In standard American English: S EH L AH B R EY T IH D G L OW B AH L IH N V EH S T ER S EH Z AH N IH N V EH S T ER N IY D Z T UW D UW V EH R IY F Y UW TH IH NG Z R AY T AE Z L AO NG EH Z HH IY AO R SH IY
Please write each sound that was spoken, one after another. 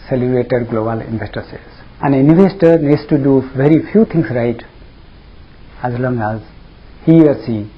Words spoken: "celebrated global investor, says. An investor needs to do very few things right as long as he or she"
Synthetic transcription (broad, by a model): S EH L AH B R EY T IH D G L OW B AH L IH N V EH S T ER S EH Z AH N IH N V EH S T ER N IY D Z T UW D UW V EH R IY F Y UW T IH NG S R AY T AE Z L AO NG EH Z HH IY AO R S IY